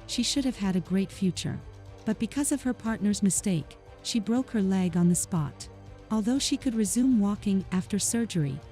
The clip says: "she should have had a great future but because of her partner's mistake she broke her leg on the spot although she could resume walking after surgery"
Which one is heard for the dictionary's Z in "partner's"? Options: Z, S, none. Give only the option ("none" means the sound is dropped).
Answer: Z